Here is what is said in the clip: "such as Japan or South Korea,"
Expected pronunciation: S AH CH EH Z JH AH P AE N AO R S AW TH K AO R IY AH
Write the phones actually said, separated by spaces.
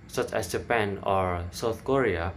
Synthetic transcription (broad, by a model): S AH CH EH S JH AH P AE N AO R S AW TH K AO R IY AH